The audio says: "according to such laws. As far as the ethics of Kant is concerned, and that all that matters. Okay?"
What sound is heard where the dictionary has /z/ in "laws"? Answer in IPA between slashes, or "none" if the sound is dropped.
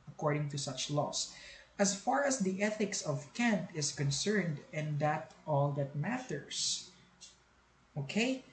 /s/